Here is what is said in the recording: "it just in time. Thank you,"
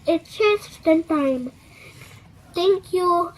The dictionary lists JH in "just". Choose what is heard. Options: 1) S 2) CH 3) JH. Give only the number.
2